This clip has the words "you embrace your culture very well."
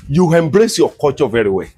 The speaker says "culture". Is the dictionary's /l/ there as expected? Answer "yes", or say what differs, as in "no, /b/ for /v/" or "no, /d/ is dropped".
no, /l/ is dropped